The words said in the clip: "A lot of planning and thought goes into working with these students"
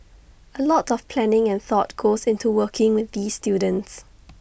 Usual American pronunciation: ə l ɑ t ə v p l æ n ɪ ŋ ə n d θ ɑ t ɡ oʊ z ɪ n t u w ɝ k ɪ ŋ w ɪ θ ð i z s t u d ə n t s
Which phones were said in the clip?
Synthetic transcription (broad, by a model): ə l ɑ t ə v p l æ n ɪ ŋ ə n θ ɑ t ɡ oʊ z ɪ n t u w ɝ k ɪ ŋ w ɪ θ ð i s t u d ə n t s